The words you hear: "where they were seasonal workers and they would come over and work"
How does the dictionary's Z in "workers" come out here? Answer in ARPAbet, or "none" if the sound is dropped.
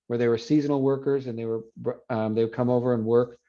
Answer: Z